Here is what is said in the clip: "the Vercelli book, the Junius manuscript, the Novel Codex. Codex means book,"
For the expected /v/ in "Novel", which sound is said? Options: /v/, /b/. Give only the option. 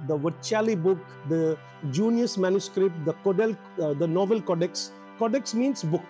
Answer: /v/